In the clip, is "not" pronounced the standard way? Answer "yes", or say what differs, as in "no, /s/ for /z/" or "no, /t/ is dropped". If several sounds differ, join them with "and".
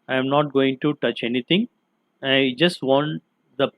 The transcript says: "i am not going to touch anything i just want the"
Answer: yes